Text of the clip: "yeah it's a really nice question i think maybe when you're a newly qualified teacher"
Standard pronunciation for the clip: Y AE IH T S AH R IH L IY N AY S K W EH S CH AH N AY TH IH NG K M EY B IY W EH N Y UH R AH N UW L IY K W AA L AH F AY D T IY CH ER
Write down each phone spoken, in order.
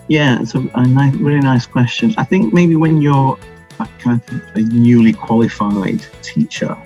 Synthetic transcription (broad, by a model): Y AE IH T S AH R IH L IY N AY S K W EH S CH AH N AY TH IH NG K M EY B IY W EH N Y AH R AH N UW L IY K W AA L AH F AY D T IY CH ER